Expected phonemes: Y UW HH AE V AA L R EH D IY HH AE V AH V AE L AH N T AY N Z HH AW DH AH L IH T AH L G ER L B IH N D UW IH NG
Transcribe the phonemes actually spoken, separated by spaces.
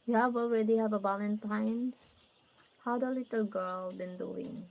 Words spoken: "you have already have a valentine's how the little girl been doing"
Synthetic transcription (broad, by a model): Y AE W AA L R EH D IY HH AE V AH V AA L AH N T AY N HH AW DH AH L IH T AH L G ER L B IH N D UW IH NG